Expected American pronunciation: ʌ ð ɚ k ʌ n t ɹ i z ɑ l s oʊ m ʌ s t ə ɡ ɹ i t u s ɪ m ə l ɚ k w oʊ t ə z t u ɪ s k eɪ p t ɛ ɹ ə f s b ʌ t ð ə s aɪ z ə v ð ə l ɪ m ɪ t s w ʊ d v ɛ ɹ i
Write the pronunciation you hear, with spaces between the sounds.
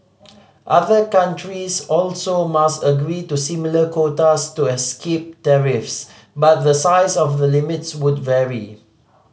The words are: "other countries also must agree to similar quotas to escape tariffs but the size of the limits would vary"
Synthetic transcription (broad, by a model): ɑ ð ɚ k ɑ n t ɹ i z ɑ l s oʊ m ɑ s t ə ɡ ɹ i t u s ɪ m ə l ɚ k w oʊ t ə s t u ɪ s k eɪ p t ɛ ɹ ə f s b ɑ t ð ə s aɪ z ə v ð ə l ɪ m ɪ t s w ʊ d v ɛ ɹ i